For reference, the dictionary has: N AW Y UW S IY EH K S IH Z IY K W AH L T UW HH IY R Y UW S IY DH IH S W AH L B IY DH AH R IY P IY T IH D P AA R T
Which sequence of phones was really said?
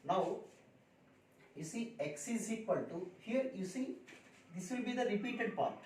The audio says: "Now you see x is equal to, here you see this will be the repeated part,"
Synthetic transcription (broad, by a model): N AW Y UW S IY EH K S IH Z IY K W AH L T UW HH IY R Y UW S IY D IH S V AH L B IY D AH R IY P IY T IH D P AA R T